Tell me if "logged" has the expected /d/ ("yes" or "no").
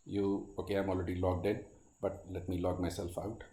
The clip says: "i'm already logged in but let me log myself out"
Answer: yes